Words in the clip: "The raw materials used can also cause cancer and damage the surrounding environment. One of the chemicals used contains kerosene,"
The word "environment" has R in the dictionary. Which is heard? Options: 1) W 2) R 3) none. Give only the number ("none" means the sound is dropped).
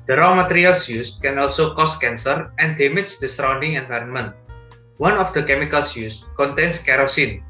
2